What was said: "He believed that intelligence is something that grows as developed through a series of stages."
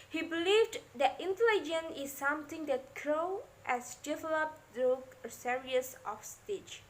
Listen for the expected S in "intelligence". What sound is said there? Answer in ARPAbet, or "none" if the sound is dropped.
none